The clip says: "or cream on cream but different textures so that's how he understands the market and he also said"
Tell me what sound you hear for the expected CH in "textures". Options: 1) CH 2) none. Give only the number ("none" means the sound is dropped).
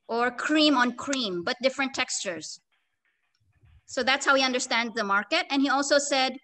1